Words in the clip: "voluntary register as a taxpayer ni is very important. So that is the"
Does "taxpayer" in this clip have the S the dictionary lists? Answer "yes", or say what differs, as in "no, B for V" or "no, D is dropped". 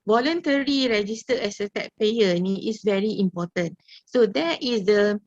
no, S is dropped